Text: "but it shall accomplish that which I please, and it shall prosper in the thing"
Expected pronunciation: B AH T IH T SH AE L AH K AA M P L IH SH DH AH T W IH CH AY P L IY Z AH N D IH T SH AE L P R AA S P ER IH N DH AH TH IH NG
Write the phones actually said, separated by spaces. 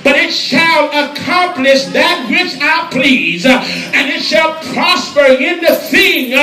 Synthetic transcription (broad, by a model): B AH T IH T SH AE L AH K AA M P L IH SH DH AH T W IH CH AY P L IY Z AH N IH T SH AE L P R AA S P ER IH N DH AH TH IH NG